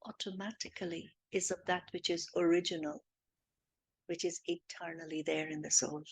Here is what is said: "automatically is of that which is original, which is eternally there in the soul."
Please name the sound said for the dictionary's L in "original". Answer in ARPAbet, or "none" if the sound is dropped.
L